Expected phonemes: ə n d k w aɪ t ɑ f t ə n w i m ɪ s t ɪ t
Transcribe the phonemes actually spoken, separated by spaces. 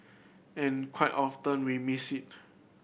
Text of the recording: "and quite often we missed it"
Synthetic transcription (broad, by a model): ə n k w aɪ t ɑ f t ə n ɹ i m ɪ s ɪ t